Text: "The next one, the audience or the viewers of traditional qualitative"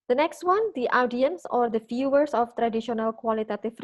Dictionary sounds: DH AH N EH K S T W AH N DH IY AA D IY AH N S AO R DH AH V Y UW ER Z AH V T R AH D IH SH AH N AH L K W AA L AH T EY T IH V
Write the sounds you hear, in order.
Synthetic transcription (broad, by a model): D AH N EH K S T W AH N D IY AA D IY AH N S AO R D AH F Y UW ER S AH F T R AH D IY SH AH N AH L K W AA L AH T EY T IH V